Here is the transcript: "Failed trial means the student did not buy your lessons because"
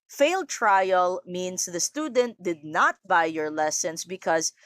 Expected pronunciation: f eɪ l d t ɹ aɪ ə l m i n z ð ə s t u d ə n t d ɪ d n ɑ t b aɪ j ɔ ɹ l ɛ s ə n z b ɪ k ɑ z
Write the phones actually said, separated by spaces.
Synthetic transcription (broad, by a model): f eɪ l d t ɹ aɪ ə l m i n s ð ə s t u d ə n t d ɪ d n ɑ t b aɪ j ɔ ɹ l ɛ s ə n s b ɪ k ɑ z